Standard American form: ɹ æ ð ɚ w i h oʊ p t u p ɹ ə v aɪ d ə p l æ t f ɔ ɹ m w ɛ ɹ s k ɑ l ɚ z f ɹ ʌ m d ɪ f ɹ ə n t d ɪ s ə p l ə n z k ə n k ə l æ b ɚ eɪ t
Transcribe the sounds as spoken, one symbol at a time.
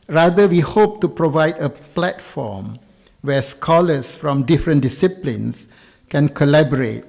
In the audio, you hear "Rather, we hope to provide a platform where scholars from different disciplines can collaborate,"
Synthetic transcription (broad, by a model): ɹ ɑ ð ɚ w i h oʊ p t u p ɹ ə v aɪ d ə p l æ t f ɔ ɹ m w ɛ s k ɑ l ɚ s f ɹ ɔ m d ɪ f ɹ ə n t d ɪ s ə p l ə n s k ə n k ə l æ b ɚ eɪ t